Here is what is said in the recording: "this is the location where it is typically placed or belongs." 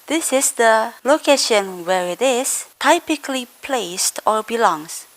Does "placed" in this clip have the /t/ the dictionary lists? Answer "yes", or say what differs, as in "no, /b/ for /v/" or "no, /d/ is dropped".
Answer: yes